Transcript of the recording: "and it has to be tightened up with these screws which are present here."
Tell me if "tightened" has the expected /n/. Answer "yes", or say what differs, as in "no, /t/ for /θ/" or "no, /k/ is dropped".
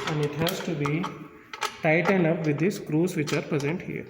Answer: yes